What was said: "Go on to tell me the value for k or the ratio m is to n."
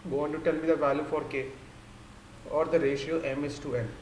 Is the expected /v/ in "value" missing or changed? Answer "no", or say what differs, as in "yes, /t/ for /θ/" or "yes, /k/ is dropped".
no